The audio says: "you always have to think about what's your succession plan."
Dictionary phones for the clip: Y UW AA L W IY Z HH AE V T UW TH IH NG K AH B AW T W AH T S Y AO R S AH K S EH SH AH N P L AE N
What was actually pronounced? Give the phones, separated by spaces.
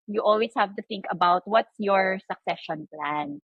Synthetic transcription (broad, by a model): Y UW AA L W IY S HH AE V T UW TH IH NG K AH B AW T W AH T S Y AO R S AH K S EH SH AH N P L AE N